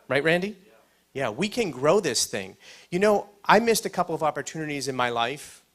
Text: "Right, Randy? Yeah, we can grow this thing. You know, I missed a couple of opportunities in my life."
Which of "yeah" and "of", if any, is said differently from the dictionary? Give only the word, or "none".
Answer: none